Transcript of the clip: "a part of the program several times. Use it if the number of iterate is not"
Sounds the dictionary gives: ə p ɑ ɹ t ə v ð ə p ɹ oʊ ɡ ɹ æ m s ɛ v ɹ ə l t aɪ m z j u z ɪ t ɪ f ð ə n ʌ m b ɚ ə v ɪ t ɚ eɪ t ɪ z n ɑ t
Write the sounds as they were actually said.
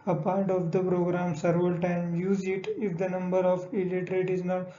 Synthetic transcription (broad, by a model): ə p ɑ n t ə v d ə p ɹ oʊ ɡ ɹ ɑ m s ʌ ɹ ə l t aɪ m j u z ɪ t ɪ f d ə n ʌ m b ɚ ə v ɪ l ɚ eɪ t ɪ z n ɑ t